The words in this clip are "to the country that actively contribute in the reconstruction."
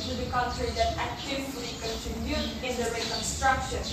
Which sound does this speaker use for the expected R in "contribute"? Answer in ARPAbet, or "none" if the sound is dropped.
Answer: none